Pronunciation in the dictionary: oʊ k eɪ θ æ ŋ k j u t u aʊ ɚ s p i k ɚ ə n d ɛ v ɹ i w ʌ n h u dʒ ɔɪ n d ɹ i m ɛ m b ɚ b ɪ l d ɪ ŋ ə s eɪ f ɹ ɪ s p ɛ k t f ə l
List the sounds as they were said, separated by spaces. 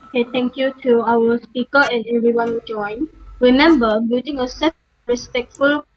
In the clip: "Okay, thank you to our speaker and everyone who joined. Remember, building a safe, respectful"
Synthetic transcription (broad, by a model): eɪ t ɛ ŋ k j u t u aʊ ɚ s p i k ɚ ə n ɛ v ɹ i w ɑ n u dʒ ɔɪ n ɹ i m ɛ m b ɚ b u d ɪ ŋ ə s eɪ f ɹ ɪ s p ɛ k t f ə l